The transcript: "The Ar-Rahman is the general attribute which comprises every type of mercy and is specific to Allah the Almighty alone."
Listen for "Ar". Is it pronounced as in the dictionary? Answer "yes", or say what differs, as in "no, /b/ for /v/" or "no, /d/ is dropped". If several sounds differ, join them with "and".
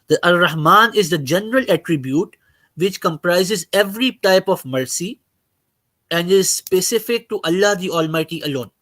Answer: no, /l/ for /ɹ/